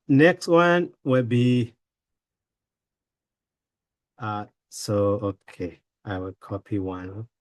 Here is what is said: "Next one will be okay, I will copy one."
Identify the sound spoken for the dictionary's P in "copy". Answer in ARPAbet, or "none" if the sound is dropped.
P